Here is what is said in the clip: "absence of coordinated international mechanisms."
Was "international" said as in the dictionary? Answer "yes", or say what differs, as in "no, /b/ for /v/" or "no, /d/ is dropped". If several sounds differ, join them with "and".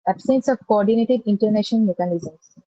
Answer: no, /n/ is dropped and /n/ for /l/